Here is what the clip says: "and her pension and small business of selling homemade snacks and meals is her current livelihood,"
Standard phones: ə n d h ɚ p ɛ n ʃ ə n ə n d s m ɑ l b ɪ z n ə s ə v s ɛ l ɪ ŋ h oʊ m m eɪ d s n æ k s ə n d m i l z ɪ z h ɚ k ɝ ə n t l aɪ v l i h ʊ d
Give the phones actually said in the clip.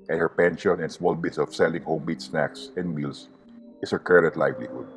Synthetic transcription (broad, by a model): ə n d h ɚ p ɛ n ʃ ə n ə n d s m ɑ l b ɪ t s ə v s ɛ l ɪ ŋ h oʊ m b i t s n æ k s ə n d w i l s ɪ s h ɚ k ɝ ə t l aɪ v l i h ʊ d